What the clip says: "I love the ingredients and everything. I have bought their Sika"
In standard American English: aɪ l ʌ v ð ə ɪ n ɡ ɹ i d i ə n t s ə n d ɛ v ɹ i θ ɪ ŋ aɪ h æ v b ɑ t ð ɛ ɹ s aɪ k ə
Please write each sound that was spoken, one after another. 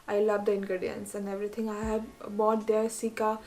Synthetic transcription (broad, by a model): aɪ l ʌ v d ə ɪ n ɡ ɹ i d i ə n s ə n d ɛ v ɹ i t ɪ ŋ aɪ h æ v b ɑ t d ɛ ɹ s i k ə